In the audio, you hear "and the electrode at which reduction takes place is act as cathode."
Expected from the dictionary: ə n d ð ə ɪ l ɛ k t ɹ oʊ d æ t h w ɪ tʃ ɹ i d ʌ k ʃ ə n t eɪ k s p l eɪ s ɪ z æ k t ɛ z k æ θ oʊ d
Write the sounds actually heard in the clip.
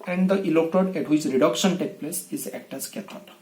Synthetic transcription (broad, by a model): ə n d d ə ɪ l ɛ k t oʊ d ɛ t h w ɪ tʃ ɹ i d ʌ k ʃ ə n t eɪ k p l eɪ s ɪ z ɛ k t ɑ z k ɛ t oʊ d